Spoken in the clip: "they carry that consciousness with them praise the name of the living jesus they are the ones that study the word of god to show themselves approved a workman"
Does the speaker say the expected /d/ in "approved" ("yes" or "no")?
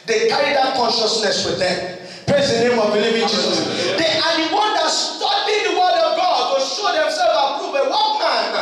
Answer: no